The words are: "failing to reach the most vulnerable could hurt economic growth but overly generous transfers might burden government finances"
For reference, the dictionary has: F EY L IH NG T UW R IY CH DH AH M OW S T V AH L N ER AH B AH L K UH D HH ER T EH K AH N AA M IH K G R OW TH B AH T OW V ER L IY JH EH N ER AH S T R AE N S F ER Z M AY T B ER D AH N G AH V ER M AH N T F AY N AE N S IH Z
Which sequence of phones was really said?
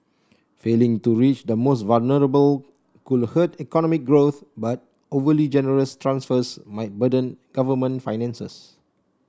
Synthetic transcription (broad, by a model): F EY L IH NG T UW R IY CH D AH M OW S T V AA L N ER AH B AH L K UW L HH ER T EH K AH N AA M IH K G R OW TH B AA T OW V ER L IY JH EH N ER AH S T R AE N S F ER S M AY T B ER D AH N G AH V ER M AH N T F AY N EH N S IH S